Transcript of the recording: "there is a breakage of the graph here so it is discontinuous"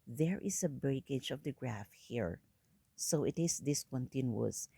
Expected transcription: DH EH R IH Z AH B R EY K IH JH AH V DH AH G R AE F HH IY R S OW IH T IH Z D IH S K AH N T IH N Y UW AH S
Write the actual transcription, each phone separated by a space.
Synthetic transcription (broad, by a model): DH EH R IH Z AH B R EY K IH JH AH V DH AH G R AE F HH IY R S OW IH T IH S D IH S K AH N T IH N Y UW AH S